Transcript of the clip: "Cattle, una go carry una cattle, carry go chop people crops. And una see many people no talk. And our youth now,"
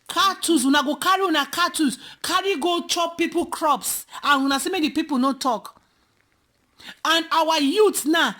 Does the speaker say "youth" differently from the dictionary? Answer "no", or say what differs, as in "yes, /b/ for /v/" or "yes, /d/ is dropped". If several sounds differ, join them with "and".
yes, /t/ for /θ/